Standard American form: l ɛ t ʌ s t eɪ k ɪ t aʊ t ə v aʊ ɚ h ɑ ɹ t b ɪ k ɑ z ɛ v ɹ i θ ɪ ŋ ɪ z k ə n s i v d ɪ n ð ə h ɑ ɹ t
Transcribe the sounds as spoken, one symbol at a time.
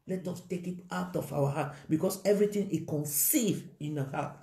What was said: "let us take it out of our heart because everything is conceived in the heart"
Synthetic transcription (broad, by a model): l ɛ t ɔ s t eɪ k ɪ t aʊ t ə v aʊ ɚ h ɑ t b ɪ k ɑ s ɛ v ɹ i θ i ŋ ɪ k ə n s i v ɪ n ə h ɑ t